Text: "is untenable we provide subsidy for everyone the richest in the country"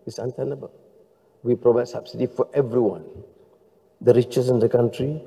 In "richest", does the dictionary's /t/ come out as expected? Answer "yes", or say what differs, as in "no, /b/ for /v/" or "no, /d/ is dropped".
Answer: no, /t/ is dropped